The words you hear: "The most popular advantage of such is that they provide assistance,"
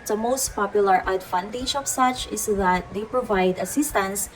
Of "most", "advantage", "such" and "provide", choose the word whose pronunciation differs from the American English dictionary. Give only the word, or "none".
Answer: advantage